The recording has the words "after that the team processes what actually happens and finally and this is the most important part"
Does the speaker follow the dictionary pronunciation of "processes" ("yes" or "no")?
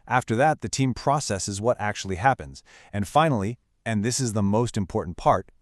yes